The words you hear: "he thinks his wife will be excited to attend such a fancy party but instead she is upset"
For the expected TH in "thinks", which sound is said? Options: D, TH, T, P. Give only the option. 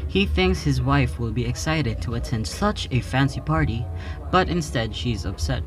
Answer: TH